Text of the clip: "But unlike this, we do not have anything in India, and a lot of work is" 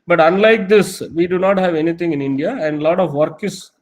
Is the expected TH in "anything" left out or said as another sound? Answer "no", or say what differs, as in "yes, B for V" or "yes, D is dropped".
yes, T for TH